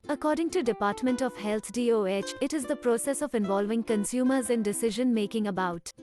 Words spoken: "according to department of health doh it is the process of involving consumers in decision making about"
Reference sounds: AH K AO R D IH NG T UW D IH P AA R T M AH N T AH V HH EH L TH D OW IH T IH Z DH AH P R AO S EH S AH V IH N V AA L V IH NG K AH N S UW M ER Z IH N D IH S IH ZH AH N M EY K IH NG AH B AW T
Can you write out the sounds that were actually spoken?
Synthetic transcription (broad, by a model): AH K AO R D IH NG T UW D IH P AA R T M AH N T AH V HH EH L T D OW IH T IH Z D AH P R AO S EH S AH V IH N V AA L V IH NG K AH N S UW M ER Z IH N D IH S IH ZH AH N M EY K IH NG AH B AW T